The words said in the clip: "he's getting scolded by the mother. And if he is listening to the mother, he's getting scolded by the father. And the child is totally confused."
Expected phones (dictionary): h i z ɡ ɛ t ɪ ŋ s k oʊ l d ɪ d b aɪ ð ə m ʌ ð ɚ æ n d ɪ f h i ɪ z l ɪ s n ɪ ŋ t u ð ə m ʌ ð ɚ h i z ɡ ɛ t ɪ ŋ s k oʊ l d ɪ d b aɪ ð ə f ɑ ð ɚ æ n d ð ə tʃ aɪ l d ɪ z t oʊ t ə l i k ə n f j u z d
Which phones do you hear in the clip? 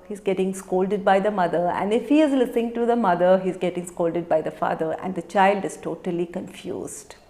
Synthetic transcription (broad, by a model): h i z ɡ ɛ t ɪ ŋ s k oʊ l d ɪ d b aɪ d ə m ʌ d ɚ æ n d ɪ f h i ɪ z l ɪ s ɪ ŋ t u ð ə m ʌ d ɚ h i z ɡ ɛ t ɪ ŋ s k oʊ l d ɪ d b aɪ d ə f ɑ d ɚ æ n d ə tʃ aɪ l d ɪ z t oʊ t ə l i k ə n f j u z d